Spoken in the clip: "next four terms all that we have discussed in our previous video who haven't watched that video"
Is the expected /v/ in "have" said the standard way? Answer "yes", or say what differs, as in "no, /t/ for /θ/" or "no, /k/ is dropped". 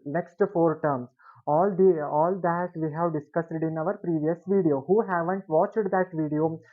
yes